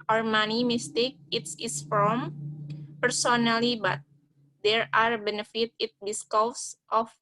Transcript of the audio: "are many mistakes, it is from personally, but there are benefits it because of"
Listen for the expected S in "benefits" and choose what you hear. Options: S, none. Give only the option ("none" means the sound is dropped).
none